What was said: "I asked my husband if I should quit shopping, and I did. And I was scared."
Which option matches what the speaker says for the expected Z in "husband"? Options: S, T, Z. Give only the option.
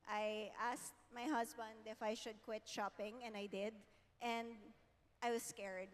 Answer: S